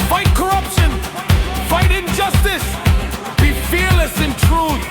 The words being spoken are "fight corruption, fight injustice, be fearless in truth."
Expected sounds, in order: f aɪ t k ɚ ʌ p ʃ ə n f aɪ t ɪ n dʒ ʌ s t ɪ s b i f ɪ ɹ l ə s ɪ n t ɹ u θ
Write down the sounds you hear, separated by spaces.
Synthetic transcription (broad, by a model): f aɪ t k ɚ ʌ p ʃ ə n f aɪ t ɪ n dʒ ʌ s t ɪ s b i f ɪ ɹ l ə s ɪ n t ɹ u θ